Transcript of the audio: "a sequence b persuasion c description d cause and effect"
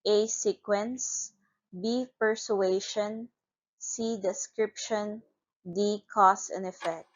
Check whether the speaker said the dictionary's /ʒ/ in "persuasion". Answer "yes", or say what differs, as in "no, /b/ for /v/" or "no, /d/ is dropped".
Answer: no, /ʃ/ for /ʒ/